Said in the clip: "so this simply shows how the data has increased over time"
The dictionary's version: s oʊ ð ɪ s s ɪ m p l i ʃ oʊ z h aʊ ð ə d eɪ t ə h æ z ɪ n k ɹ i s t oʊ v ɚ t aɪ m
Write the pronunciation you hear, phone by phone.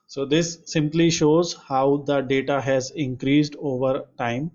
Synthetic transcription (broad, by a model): s oʊ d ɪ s s ɪ m p l i ʃ oʊ z h aʊ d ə d eɪ t ə h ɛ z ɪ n k ɹ i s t oʊ v ɚ t aɪ m